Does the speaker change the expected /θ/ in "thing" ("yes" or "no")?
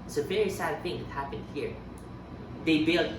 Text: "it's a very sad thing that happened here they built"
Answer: no